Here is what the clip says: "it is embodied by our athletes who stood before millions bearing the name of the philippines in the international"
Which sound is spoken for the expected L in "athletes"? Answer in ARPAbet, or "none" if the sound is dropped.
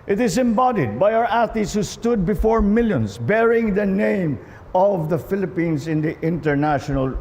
none